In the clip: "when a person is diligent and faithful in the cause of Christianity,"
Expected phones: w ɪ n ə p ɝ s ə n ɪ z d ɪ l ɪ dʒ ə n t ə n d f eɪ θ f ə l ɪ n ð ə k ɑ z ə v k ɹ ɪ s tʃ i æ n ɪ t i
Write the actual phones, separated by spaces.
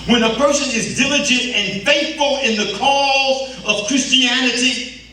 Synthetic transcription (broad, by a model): w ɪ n ə p ɝ s ə n ɪ z d ɪ l ɪ dʒ ə n t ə n f eɪ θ f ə l ɪ n ð ə k ɑ z ə v k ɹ ɪ s tʃ i æ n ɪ t i